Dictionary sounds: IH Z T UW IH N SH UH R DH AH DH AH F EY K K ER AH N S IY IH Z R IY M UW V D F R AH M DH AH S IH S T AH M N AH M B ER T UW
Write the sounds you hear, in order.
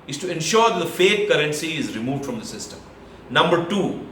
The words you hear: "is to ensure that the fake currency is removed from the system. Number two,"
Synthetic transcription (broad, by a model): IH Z T UW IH N SH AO R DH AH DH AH F EY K K ER AH N S IY IH Z R IY M UW V D F R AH M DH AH S IH S T AH M N AH M B ER T UW